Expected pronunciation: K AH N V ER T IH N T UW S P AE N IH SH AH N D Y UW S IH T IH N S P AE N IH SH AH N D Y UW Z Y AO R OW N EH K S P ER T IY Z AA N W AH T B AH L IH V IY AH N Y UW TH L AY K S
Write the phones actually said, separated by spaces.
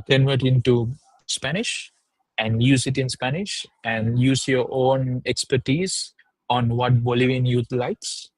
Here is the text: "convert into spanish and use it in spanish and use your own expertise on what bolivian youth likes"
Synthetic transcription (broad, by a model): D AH N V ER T IH N T UW S P AE N IH SH AH N D Y UW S IH T IH N S P AE N IH SH AH N D Y UW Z Y AO R OW N EH K S P ER T IY Z AA N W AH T B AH L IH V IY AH N Y UW T L AY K S